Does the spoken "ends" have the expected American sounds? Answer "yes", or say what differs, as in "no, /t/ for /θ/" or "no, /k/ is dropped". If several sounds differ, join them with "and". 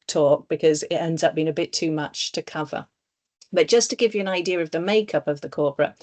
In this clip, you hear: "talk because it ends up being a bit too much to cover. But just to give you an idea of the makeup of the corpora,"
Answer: yes